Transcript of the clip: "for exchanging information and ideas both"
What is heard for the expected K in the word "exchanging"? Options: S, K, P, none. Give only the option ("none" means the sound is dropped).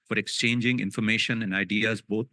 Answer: K